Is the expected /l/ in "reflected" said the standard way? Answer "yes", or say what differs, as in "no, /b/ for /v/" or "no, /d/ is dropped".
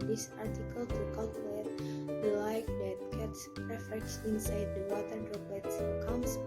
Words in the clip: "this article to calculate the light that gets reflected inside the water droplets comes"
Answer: no, /l/ is dropped